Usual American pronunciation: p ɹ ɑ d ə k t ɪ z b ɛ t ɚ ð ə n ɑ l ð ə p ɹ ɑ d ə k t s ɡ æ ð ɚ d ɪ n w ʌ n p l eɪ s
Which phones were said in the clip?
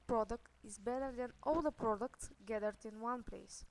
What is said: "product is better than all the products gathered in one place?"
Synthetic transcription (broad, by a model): p ɹ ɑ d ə k t ɪ z b ɛ t ɚ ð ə n ɑ l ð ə p ɹ ɑ d ə k t s ɡ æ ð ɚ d ɪ n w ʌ n p l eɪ s